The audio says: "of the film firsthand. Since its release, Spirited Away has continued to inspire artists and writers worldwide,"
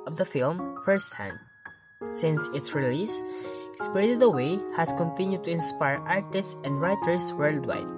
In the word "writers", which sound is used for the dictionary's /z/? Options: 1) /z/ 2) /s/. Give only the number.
2